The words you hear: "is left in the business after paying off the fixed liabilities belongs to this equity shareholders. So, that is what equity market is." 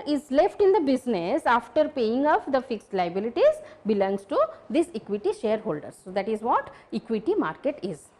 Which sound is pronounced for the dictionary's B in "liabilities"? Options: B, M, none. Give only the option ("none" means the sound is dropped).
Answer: B